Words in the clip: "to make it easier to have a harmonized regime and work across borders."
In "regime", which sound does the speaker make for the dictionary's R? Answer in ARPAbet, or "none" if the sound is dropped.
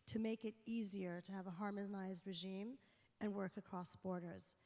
R